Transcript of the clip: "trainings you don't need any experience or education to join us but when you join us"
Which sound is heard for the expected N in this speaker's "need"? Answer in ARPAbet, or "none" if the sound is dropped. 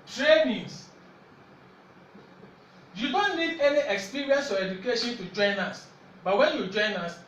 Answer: L